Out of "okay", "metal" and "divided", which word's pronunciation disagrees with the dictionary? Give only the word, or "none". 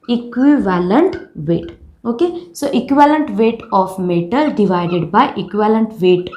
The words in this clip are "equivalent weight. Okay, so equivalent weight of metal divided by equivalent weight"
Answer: none